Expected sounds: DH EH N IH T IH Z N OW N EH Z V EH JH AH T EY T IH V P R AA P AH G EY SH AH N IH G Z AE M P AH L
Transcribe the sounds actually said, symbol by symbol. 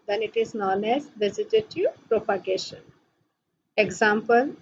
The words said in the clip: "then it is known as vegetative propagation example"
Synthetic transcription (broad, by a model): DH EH N IH T IH Z N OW N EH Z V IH Z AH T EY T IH P R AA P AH G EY SH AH N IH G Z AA M P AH L